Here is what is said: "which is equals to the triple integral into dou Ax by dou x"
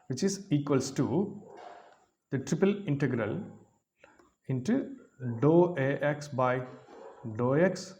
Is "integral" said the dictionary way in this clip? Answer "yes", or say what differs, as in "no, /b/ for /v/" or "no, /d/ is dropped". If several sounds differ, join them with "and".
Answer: yes